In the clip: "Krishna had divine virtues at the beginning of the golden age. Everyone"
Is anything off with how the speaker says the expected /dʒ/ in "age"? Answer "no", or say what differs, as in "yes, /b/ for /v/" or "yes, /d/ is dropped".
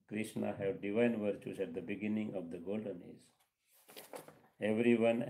yes, /z/ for /dʒ/